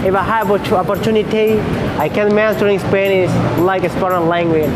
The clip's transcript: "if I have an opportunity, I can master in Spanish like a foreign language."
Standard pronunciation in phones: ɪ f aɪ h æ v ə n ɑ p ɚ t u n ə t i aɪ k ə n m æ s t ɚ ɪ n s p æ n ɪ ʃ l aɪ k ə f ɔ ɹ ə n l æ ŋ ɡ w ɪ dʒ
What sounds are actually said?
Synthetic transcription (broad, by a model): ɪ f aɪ h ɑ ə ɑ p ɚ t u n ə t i aɪ k ə n m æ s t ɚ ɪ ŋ s p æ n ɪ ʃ l aɪ k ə p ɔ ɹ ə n l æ ŋ ɡ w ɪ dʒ